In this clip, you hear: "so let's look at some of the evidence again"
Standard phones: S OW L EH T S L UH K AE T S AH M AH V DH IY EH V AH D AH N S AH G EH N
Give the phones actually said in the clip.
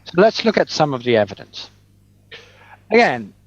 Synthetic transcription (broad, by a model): S OW L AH T S L UH K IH T S AH M AH V DH IY EH V AH D AH N S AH G EH N